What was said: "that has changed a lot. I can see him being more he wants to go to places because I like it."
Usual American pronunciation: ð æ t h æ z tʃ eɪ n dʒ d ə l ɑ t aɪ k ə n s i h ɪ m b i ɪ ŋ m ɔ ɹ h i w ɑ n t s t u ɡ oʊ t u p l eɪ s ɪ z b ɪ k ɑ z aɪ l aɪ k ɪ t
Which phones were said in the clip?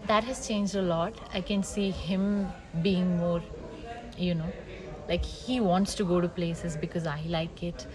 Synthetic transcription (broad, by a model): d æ t h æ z tʃ eɪ n dʒ d ə l ɑ t aɪ k ə n s i h ɪ m b i ɪ ŋ m ɔ ɹ h i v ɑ n t s t u ɡ oʊ t u p l eɪ s ɪ z b ɪ k ɑ z aɪ l aɪ k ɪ t